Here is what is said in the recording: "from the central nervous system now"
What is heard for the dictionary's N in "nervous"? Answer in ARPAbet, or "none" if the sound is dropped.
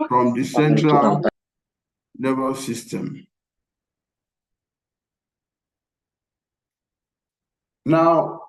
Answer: L